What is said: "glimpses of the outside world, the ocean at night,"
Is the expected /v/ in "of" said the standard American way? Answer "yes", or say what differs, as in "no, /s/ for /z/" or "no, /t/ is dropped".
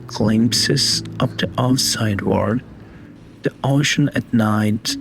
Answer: no, /p/ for /v/